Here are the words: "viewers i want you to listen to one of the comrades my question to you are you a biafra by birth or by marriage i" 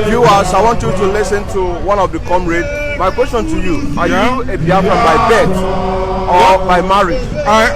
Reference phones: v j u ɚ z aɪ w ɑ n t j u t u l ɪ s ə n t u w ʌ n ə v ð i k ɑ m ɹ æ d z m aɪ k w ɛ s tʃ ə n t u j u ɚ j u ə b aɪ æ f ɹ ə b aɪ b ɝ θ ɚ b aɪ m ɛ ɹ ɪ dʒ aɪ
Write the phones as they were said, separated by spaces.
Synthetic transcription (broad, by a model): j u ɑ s aɪ w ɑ n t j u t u l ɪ s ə n t u w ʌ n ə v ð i k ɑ m ɹ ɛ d m aɪ k w ɛ s tʃ ə n t u j u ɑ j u ə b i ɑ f ə b aɪ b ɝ t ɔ b aɪ m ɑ ɹ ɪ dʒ